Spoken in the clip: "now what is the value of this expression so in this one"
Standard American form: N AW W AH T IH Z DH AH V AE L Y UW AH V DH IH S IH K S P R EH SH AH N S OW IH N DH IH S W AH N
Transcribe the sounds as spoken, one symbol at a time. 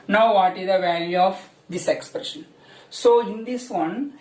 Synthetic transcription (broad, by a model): N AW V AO T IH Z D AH V AE L Y UW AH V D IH S IH K S P R EH SH AH N S OW IH N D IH S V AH N